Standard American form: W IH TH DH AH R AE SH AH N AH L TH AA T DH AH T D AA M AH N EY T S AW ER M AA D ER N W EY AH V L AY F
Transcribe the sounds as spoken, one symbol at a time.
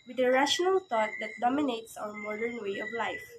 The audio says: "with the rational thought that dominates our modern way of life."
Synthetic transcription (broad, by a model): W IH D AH R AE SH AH N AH L T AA T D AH T D AA M AH N EY T S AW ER M AA D ER N W EY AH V L AY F